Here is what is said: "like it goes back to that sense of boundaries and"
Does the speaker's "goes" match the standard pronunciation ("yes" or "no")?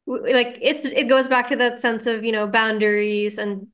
yes